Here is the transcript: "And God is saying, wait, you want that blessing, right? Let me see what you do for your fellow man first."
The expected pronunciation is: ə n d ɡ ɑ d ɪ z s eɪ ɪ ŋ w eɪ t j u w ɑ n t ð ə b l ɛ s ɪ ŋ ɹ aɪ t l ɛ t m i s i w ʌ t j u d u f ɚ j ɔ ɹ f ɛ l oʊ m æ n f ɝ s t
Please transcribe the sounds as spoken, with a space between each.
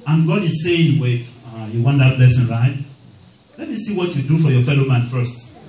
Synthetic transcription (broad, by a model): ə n ɡ ɑ d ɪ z s eɪ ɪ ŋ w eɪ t j u w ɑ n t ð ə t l ɛ s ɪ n ɹ aɪ t l ɛ t m i s i w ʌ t j u d u f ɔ j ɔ f ɛ l oʊ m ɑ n f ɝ s t